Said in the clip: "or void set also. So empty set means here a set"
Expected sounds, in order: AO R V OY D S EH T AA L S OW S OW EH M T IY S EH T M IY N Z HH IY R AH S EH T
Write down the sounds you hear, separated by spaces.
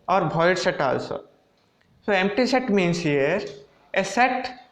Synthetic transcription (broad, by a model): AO R B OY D S EH T AA L S OW S OW EH M T IY S EH T M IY N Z HH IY R AH S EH T